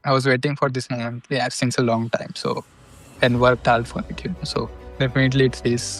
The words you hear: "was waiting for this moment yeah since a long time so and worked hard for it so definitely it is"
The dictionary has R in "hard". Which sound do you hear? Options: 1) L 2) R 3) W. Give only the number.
1